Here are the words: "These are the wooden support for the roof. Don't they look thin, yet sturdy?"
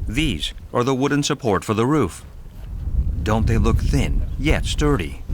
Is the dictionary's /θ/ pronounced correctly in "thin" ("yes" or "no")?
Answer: yes